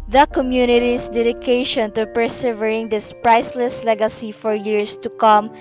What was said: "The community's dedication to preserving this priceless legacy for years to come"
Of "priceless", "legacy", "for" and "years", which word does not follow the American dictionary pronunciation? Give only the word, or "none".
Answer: years